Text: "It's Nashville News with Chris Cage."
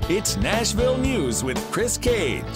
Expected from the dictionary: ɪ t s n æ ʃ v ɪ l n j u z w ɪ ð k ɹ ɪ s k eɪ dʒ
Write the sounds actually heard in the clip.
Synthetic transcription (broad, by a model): ɪ t s n æ ʃ v ɪ l n j u z w ɪ ð k ɹ ɪ s k eɪ